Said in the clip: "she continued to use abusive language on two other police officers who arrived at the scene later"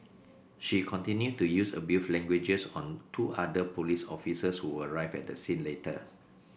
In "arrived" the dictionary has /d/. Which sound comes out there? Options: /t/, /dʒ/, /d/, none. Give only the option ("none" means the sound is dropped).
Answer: none